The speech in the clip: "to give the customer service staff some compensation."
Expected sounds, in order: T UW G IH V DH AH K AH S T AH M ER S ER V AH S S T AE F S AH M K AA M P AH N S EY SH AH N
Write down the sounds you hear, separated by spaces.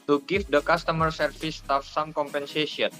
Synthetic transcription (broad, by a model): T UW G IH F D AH K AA S T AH M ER S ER F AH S S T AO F S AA M K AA M P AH N S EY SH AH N